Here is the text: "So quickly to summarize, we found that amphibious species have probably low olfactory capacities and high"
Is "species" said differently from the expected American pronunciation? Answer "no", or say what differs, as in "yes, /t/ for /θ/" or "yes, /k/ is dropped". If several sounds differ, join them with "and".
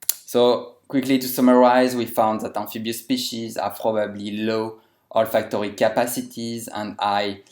no